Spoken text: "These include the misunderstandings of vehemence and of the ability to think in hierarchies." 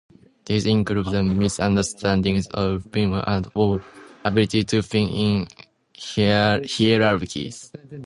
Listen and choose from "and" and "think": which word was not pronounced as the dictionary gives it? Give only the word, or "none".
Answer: think